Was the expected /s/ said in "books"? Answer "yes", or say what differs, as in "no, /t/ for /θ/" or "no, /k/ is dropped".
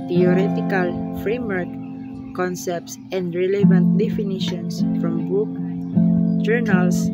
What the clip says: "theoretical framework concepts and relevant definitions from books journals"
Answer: no, /s/ is dropped